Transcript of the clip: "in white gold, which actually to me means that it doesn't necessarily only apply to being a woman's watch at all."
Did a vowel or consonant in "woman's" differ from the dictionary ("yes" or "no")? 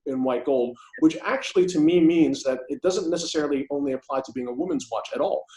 no